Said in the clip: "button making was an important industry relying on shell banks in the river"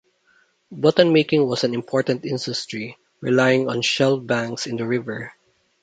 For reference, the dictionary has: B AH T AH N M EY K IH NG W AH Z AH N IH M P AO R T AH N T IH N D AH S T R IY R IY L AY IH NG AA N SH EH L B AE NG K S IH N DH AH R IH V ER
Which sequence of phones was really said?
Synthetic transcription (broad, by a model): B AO T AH N M EY K IH NG W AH S AH N IH M P AO R T AH N T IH N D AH S T R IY R IY L AY IH NG AA N SH EH L B AE NG K S IH N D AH R IH V ER